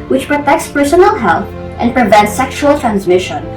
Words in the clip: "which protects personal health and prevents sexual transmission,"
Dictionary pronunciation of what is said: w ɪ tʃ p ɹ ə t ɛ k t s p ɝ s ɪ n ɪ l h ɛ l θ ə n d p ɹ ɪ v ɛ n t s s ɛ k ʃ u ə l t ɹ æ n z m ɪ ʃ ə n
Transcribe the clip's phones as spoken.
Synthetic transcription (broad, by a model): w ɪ tʃ p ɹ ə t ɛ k t s p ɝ s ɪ n l h ɛ l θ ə n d p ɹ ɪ v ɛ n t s s ɛ k ʃ u ə l t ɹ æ n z m ɪ ʃ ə n